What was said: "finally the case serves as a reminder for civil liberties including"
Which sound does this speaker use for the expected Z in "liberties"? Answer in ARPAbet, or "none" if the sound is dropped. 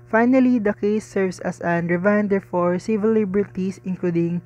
S